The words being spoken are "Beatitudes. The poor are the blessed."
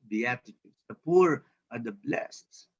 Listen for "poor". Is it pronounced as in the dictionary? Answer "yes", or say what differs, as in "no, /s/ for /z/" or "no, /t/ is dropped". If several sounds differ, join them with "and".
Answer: yes